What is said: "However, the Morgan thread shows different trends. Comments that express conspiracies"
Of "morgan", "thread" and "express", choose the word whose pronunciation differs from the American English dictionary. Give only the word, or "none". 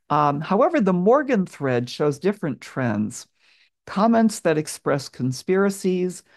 none